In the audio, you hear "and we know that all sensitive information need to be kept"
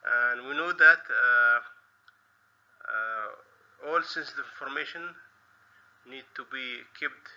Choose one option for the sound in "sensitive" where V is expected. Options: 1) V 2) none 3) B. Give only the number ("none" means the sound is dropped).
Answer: 2